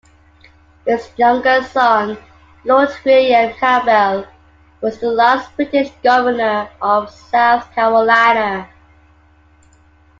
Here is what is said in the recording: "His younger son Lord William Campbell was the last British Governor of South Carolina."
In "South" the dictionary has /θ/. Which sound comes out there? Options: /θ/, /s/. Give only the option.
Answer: /θ/